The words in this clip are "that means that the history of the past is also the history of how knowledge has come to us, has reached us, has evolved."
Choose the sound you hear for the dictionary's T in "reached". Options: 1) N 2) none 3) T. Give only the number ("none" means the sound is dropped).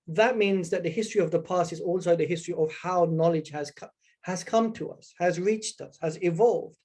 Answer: 3